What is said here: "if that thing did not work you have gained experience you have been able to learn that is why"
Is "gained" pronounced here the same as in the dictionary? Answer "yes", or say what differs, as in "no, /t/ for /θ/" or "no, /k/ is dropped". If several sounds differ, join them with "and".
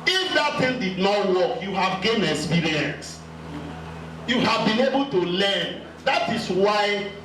no, /d/ is dropped